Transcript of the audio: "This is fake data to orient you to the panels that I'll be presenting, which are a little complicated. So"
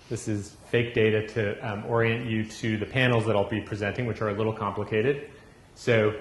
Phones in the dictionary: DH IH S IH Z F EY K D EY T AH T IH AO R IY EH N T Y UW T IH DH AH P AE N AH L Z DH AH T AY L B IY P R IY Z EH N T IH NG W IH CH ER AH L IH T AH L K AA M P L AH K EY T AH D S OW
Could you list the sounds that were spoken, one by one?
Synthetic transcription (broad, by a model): DH IH S IH Z F EY K D EY T AH T IH AO R IY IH N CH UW T IH DH AH P AE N L Z DH AH T AY L B IY P R IY Z EH N T IH NG W IH CH ER AH L IH T L K AA M P L AH K EY T AH D S OW